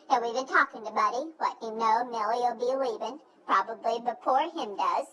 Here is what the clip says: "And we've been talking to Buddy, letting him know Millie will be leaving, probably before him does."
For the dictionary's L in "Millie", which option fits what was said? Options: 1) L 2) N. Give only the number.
2